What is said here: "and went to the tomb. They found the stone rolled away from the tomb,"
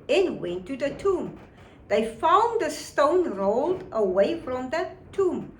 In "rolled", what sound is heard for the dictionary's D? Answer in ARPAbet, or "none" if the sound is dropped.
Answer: D